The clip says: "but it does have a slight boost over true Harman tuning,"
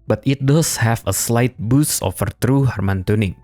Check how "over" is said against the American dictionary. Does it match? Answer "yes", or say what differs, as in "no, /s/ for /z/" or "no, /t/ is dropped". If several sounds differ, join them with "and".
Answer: no, /f/ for /v/